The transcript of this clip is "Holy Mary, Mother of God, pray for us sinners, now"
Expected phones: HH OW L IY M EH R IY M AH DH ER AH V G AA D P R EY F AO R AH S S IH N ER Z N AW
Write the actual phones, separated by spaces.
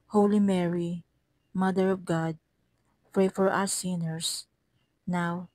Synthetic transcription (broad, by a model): HH OW L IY M EH R IY M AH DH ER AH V G AA D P R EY F AO R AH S S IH N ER S N AW